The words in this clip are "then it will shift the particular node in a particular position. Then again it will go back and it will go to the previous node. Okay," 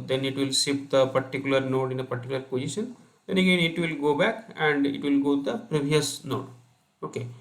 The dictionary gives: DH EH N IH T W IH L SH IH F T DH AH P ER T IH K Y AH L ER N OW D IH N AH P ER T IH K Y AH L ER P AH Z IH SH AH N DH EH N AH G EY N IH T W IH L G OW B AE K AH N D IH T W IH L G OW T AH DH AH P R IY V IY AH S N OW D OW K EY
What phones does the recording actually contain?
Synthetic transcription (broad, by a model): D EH N IH T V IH L S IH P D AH P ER T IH K Y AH L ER N OW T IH N AH P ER T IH K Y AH L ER P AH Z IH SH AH N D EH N AH G EY N IH T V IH L G OW B AE K AH N D IH T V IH L G OW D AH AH P R IY V IY AH S N OW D OW K EY